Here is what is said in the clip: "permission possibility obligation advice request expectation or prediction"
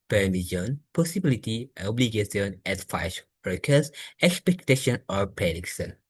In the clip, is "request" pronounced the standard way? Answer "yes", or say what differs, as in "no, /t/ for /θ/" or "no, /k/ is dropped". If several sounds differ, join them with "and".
no, /t/ is dropped